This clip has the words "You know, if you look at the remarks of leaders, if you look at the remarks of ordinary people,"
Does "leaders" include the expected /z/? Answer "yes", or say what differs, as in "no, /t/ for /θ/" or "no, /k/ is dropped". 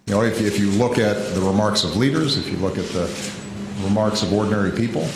yes